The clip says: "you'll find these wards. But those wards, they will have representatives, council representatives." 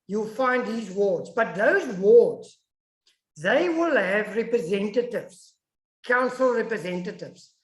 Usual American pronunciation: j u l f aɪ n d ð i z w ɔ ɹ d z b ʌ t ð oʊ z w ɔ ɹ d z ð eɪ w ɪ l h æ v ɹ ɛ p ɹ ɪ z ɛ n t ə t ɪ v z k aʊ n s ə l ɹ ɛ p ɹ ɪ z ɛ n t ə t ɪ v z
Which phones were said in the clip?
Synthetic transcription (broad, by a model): j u l f aɪ n d ð i z w ɔ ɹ d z b ʌ t ð oʊ z w ɔ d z ð eɪ w ɪ l h æ v ɹ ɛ p ɹ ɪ z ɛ n t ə t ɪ v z k aʊ n s ə l ɹ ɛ p ɹ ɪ z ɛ n t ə t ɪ v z